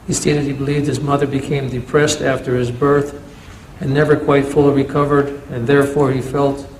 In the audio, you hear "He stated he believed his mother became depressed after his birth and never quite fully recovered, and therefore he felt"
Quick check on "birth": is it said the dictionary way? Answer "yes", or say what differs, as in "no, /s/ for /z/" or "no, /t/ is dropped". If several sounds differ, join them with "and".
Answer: yes